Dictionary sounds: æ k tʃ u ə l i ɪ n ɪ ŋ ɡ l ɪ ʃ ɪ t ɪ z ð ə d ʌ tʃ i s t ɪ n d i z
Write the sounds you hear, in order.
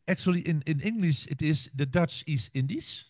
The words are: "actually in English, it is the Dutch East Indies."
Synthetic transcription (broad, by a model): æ k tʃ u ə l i ɪ n ɪ ŋ ɡ l ɪ ʃ ɪ t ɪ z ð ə d ʌ tʃ i s t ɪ n d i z